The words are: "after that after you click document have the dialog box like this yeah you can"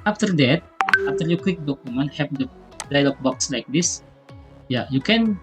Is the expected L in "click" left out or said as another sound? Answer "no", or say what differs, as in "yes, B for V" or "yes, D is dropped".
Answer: yes, W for L